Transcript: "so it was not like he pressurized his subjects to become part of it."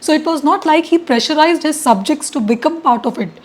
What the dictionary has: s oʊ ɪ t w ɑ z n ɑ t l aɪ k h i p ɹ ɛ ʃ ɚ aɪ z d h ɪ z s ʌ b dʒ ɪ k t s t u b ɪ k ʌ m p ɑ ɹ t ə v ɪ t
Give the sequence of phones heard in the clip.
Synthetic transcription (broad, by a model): s oʊ ɪ t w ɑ z n ɑ t l aɪ k h i p ɹ ɛ ʃ ɚ aɪ z d h ɪ z s ʌ b dʒ ɪ k t s t u b ɪ k ʌ m p ɑ ɹ t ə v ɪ t